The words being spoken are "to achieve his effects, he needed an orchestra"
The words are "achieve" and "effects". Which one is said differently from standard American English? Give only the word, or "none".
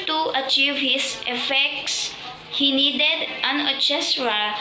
none